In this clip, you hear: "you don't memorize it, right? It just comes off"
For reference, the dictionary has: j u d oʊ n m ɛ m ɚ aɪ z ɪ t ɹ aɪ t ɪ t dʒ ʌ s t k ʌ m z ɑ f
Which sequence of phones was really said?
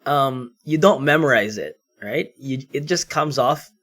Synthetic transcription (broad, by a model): j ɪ d oʊ n m ɛ m ɚ aɪ z ɪ t ɹ aɪ t ɪ t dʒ ʌ s k ʌ m z ɑ f